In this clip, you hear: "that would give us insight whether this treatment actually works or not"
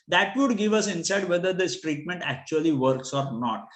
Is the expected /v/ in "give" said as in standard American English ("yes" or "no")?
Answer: yes